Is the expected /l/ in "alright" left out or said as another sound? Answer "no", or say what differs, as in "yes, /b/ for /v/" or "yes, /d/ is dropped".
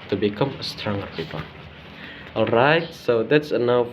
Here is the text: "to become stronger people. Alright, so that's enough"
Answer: no